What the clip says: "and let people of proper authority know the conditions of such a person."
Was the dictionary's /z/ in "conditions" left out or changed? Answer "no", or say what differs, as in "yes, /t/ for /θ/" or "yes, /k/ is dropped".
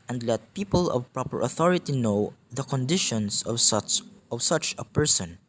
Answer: yes, /s/ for /z/